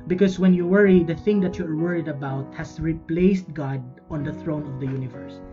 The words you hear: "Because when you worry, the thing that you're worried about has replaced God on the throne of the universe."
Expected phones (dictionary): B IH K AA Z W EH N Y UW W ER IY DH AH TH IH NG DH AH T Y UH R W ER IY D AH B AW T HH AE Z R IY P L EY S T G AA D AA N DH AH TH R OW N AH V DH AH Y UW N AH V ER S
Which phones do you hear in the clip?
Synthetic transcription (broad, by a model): B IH K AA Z W EH N Y UW W ER IY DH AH TH IH NG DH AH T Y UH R W ER IY D AH B AW T HH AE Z R IY P L EY S T G AA D AA N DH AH TH R OW N AH V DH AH Y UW N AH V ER S